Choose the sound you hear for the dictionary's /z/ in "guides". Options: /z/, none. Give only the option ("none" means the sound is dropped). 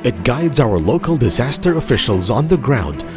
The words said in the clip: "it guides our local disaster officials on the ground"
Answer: /z/